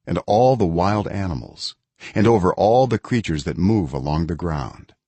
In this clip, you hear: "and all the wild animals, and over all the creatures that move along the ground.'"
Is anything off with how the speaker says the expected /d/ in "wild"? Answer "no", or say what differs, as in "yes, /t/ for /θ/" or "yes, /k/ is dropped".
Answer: no